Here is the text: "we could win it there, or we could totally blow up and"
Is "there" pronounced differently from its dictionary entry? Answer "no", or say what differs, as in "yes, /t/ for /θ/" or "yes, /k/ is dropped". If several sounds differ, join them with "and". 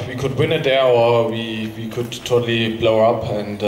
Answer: yes, /w/ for /ɹ/